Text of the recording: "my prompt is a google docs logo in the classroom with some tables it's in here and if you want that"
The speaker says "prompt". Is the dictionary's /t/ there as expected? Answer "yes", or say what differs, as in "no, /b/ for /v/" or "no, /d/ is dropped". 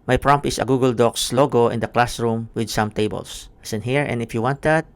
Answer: no, /t/ is dropped